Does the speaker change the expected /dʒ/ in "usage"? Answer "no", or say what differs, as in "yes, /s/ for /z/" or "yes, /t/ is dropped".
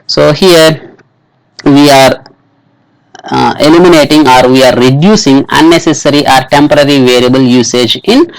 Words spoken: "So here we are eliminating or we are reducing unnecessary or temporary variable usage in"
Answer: no